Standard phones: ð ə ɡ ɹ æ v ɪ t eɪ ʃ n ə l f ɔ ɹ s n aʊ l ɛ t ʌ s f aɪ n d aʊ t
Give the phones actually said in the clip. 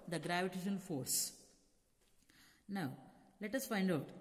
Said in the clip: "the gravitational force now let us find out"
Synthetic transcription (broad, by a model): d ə ɡ ɹ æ v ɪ t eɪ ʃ ə n f ɔ ɹ s n aʊ l ɛ t ʌ s f aɪ n d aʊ t